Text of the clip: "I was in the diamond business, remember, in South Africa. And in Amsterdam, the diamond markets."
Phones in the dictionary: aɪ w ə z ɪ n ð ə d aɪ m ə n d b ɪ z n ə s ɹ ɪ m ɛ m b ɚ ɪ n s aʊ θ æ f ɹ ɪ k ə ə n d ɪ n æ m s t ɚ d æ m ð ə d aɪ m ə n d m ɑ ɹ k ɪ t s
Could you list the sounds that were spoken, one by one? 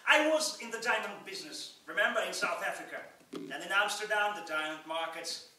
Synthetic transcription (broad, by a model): aɪ w ə z ɪ n ð ə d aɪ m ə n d b ɪ z n ə s ɹ ɪ m ɛ m b ɚ ɪ n s aʊ θ æ f ɹ ɪ k ə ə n ɪ n æ m s t ɚ d æ m ð ə d aɪ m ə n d m ɑ ɹ k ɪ t s